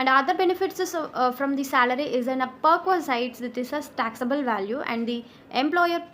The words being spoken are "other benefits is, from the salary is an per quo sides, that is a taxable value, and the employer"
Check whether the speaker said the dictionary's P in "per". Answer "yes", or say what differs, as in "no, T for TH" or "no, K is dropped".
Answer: yes